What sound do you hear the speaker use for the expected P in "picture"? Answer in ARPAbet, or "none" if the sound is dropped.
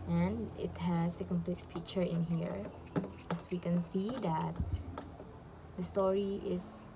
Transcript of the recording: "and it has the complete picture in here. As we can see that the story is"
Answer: F